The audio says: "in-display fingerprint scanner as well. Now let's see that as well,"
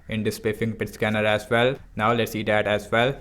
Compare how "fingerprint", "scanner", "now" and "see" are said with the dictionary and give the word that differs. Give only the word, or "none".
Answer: fingerprint